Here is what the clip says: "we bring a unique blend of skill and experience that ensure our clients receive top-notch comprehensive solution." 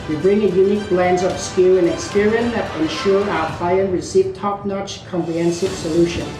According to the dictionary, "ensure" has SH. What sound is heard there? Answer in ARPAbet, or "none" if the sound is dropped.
SH